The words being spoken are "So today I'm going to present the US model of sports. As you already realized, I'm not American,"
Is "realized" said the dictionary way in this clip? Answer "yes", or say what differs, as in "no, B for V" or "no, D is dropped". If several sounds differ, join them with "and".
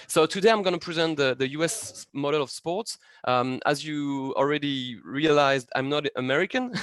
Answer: yes